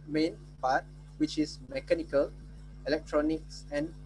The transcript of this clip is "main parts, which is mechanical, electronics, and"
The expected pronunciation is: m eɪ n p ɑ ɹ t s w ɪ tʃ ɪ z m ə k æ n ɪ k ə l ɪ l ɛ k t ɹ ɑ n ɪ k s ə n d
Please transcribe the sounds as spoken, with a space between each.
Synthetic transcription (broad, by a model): m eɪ n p ɑ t w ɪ tʃ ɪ s m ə k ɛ n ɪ k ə l ɪ l ɛ k t ɹ ɑ n ɪ k s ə n